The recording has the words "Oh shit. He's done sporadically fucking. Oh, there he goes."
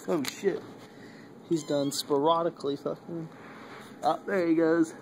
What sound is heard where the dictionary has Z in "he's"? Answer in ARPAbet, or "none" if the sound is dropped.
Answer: Z